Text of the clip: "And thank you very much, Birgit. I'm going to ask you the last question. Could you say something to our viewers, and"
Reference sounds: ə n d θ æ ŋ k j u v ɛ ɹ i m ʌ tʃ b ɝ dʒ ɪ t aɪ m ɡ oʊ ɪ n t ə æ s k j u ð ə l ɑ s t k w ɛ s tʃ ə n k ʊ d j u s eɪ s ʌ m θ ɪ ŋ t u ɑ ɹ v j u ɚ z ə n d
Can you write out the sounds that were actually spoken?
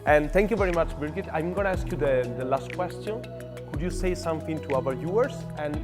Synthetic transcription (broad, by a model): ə n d t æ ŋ k j u v ɛ ɹ i m ʌ tʃ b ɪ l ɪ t aɪ m ɡ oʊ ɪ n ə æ s k j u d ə l ɑ s t k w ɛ s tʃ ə n k ʊ d j u s eɪ s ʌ m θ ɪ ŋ t u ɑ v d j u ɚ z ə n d